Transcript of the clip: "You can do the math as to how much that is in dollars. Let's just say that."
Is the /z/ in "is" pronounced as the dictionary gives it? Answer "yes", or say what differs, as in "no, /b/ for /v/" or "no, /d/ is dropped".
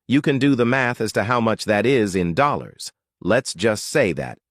yes